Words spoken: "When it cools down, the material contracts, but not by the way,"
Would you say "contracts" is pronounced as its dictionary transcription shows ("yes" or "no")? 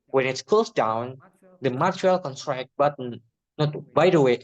no